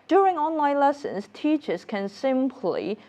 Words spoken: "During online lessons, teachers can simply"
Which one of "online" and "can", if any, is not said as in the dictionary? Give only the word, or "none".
none